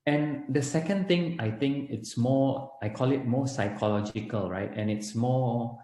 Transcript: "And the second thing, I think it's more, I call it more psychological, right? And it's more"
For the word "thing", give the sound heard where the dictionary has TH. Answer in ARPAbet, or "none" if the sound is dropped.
T